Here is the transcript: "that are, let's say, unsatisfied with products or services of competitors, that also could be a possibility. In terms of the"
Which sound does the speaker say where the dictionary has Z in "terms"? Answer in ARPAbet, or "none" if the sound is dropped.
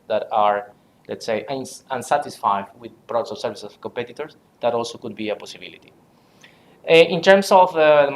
S